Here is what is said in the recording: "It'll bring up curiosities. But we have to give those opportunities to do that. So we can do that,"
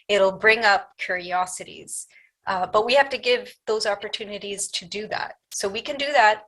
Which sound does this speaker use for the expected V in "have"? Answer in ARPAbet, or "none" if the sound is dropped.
F